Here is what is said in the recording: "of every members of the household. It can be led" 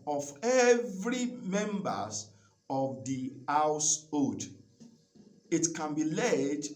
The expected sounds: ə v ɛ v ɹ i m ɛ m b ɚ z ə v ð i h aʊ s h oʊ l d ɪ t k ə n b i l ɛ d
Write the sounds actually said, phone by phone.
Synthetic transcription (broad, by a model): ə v ɛ v ɹ i m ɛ m b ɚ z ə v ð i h aʊ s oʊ d ɪ t k ə n b i l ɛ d